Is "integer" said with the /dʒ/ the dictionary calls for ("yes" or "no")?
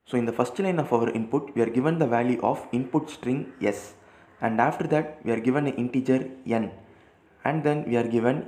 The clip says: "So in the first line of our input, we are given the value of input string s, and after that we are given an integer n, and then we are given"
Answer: yes